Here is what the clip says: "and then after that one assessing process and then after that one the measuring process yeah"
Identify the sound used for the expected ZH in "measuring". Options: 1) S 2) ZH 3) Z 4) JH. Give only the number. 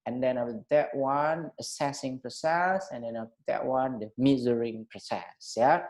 3